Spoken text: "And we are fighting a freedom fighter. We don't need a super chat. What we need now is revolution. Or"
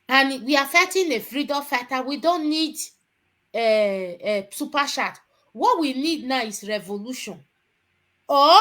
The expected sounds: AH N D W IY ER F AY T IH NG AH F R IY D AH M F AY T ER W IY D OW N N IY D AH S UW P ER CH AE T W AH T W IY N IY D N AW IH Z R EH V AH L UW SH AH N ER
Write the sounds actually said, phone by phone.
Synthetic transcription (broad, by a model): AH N W IY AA F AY T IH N AH F R IY D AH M F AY T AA W IY D OW N N IY D AH S UW P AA SH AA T W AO T W IY N IY D N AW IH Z R EH V AH L UW SH AH N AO